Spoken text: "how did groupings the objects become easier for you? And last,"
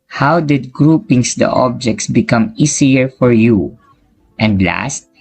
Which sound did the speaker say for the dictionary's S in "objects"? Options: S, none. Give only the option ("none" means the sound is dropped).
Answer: S